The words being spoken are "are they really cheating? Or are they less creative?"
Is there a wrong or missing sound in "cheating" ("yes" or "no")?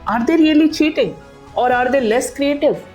no